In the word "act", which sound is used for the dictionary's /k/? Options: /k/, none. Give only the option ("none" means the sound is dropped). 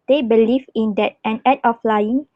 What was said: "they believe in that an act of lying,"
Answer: none